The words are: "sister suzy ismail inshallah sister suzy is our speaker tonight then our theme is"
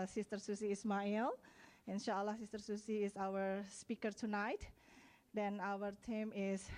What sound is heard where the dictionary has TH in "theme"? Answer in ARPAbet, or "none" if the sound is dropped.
T